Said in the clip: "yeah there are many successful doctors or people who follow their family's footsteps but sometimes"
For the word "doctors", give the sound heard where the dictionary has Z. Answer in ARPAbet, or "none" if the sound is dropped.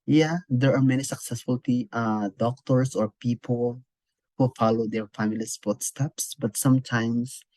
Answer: S